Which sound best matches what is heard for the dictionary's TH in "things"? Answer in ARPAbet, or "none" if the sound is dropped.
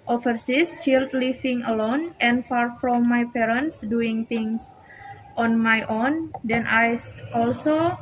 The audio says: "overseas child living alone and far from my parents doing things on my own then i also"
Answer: T